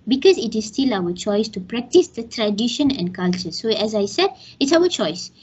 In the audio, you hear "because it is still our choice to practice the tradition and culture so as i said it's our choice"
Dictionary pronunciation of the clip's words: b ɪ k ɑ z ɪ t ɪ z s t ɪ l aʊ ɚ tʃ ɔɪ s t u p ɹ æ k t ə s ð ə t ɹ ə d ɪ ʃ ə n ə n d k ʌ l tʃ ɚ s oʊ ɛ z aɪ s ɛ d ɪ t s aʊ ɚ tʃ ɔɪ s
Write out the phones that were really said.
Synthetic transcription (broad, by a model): b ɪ k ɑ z ɪ t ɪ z s t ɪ l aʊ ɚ tʃ ɔɪ s t u p ɹ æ k t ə s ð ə t ɹ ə d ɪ ʃ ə n ə n d k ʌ l tʃ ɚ s oʊ ɛ z aɪ s ɛ d ɪ t s aʊ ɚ tʃ ɔɪ s